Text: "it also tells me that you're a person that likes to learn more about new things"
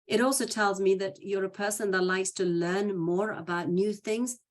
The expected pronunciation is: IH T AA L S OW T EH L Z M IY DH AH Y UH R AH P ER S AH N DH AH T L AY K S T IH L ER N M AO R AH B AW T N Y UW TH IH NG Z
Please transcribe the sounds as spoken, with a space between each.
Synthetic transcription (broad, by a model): IH T AA L S OW T EH L Z M IY DH AH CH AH R AH P ER S AH N DH AH T L AY K S T IH L ER N M AO R AH B AW T N Y UW TH IH NG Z